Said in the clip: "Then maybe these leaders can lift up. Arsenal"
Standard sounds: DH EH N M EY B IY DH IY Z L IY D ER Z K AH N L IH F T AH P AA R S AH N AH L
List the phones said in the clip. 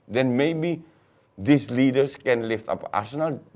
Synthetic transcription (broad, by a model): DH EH N M EY B IY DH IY S L IY D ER S K AH N L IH F T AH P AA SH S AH N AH L